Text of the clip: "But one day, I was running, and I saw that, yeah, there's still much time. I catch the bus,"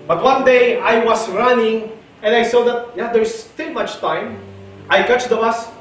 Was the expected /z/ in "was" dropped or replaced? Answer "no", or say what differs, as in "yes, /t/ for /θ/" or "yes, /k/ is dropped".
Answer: yes, /s/ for /z/